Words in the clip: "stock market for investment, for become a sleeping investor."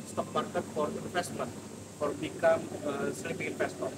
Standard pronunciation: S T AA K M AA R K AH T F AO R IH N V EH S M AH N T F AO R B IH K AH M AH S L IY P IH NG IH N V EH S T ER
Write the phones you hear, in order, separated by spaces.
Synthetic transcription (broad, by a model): S T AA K M AA R K AH T F AO R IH N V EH S M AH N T F AO R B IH K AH M AH S IY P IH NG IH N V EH S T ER